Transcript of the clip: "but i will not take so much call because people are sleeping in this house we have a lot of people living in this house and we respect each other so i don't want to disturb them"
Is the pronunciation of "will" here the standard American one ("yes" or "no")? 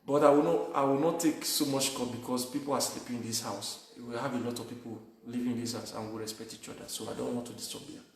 no